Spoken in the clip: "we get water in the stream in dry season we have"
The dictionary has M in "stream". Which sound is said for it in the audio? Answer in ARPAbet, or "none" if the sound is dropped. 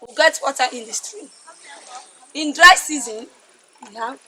none